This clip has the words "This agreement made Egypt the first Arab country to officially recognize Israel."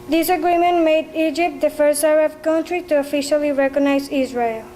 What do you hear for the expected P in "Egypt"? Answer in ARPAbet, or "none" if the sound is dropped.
P